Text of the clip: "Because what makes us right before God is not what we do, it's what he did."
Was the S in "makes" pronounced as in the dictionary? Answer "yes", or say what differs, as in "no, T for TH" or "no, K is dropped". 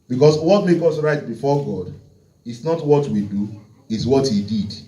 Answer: no, S is dropped